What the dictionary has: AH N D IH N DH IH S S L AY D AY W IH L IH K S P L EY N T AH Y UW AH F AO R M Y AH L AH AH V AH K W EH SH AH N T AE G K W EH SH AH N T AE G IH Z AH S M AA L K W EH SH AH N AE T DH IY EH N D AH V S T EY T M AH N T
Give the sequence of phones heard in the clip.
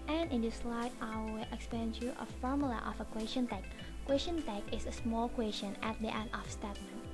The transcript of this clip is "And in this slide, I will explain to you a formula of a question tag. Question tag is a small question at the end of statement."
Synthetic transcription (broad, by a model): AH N IH N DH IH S S L AY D AY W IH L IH K S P EY N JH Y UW AH F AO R M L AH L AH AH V AH K W EH SH AH N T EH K K W EH SH AH N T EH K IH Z AH S M AA L K W EH SH AH N AE T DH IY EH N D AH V S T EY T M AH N